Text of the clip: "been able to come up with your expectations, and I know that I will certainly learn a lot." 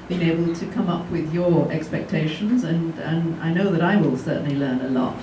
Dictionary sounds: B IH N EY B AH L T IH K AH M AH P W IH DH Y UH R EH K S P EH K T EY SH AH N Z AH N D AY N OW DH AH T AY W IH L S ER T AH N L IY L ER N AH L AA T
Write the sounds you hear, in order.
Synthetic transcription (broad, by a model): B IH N EY B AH L T IH K AH M AH P W IH DH Y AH R EH K S P EH K T EY SH AH N Z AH N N AY N OW DH AH T AY W IH L S ER T N L IY L ER N AH L AA T